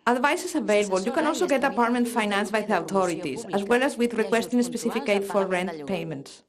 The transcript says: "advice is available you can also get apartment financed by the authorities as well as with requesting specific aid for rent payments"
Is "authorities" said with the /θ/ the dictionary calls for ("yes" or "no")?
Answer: no